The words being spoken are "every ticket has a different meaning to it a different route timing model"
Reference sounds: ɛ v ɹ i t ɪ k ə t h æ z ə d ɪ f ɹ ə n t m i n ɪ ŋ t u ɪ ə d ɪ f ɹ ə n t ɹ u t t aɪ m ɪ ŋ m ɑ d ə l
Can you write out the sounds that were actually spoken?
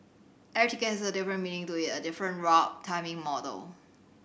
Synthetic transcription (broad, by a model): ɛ ɹ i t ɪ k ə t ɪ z ə d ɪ f ɹ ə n m i n ɪ ŋ t u ɪ ə d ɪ f ɹ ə n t ɹ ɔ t t aɪ m ɪ ŋ m ɑ d ə l